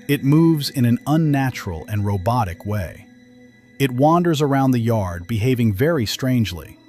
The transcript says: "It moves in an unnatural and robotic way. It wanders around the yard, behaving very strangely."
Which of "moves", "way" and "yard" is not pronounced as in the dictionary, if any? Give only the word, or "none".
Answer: none